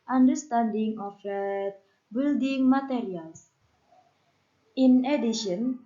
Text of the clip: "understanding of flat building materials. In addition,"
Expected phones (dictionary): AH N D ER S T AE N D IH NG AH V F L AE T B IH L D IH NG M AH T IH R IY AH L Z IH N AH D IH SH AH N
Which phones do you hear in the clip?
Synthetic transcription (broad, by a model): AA N D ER S T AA N D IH NG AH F EH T B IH L D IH NG M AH T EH R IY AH L S IH N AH D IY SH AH N